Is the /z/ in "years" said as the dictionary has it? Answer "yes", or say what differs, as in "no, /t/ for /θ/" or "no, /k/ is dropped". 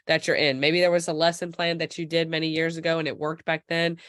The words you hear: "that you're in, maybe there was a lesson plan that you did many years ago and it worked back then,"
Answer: yes